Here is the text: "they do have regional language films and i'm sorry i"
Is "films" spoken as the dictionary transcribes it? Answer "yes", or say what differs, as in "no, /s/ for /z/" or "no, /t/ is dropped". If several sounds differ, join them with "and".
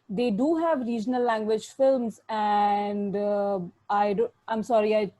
yes